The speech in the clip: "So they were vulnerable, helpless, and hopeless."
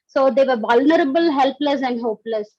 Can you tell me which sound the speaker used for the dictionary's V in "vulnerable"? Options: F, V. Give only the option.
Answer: V